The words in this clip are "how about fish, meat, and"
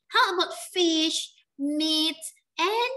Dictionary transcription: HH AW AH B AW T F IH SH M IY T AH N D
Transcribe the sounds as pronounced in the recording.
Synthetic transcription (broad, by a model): HH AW AH B AW T F IH SH M IY T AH N